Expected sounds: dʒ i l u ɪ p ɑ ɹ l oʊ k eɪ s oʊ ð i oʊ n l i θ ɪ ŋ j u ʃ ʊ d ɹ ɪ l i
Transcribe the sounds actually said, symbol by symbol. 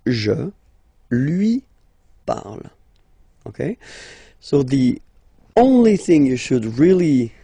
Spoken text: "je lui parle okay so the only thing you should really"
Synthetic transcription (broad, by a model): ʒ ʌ l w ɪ p ɑ ɹ l oʊ k eɪ s oʊ ð i oʊ n l i θ ɪ ŋ j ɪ ʃ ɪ d ɹ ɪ l i